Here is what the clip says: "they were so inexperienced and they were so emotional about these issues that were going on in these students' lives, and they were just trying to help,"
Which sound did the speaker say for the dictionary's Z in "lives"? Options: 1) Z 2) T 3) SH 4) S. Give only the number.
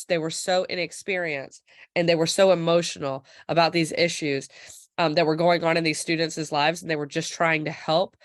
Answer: 1